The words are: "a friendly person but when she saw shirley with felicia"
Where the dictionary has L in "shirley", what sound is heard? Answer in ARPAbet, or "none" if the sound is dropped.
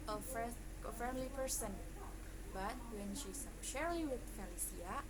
none